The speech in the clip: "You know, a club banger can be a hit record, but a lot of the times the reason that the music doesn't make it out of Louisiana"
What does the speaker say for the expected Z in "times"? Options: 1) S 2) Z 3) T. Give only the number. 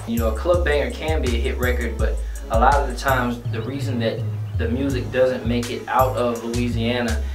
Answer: 2